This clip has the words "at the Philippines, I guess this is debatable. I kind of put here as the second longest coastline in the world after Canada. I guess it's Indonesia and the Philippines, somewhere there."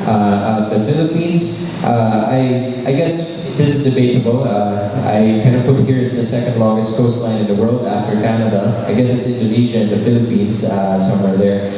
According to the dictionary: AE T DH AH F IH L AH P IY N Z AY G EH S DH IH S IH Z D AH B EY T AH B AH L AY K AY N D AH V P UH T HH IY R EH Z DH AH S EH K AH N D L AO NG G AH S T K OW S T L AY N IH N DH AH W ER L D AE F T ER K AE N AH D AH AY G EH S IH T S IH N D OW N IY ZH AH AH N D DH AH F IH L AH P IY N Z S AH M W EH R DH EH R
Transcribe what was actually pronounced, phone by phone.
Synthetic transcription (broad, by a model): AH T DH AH F IH L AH P IY N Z AY G EH S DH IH S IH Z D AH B EY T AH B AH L AY K AY N D AH V P UH T HH IY R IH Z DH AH S EH K AH N D L AO NG G AH S T K OW S T L AY N IH N DH AH W ER L D AE F T ER K AE N AH D AH AY G EH S IH T S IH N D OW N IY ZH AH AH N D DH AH F IH L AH P IY N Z S AH M W EH R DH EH R